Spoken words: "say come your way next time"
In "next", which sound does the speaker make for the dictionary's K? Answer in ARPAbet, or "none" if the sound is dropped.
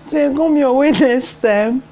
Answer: none